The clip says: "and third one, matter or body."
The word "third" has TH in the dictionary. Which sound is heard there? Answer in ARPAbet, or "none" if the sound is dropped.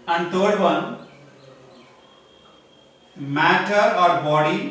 T